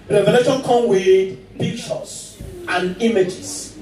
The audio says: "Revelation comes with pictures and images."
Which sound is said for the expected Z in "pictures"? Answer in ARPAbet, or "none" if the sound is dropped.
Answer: S